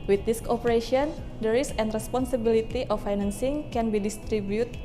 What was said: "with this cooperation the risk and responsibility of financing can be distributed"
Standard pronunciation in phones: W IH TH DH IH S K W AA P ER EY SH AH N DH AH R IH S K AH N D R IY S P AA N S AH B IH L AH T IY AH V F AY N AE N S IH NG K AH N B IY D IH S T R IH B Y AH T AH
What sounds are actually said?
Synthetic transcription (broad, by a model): W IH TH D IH S K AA P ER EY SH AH N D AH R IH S AH N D R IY S P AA N S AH B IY L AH T IY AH F AY N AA N S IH NG K AH N B IY D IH S T R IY B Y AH T